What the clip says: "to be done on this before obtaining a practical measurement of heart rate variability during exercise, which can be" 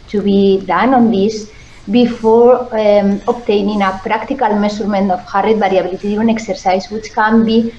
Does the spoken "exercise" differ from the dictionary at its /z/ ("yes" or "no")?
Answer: yes